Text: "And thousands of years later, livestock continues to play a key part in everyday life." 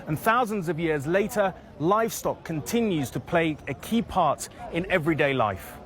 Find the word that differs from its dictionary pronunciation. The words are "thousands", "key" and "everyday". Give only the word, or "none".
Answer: none